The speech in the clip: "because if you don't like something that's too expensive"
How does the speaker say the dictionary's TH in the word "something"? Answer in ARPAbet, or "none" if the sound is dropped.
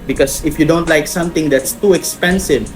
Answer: T